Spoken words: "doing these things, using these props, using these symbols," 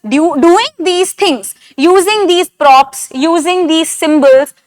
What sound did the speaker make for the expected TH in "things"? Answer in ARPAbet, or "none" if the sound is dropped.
T